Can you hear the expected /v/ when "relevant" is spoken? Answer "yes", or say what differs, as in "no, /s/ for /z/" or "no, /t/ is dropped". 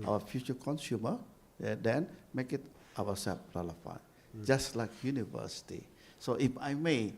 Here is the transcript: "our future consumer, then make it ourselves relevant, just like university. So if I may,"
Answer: no, /f/ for /v/